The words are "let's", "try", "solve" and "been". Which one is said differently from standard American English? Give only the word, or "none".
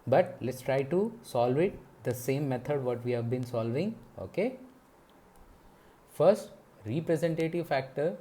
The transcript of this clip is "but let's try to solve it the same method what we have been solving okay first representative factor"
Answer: none